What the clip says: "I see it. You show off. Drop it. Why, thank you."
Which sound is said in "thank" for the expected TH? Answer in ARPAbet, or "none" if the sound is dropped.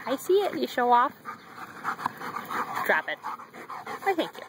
TH